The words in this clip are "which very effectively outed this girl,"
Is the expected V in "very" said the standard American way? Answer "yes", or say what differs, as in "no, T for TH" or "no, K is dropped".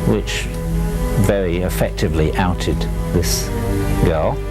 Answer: yes